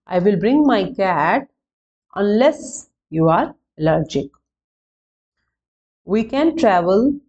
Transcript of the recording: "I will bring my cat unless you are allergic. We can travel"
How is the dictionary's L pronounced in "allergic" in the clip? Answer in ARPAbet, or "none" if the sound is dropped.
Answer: L